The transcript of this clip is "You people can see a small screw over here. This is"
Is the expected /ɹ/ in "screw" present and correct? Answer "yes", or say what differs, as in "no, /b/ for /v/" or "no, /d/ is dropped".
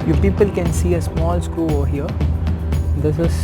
no, /ɹ/ is dropped